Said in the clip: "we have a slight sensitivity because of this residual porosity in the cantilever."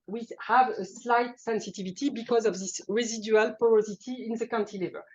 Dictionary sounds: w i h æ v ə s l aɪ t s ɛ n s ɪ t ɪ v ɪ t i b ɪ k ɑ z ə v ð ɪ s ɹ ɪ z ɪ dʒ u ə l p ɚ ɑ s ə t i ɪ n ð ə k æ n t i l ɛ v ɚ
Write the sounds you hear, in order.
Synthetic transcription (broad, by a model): w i h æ v ə s l aɪ t s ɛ n s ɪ t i v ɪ t i b ɪ k ɑ z ə v ð ɪ s ɹ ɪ z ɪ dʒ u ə l p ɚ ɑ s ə t i ɪ n ð ə k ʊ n t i l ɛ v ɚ